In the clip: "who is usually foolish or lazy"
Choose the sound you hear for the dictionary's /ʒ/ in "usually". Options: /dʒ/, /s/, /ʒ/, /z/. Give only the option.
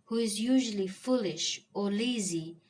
/ʒ/